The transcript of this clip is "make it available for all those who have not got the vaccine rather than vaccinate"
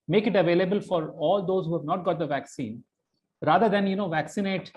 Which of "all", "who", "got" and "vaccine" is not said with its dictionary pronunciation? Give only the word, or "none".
none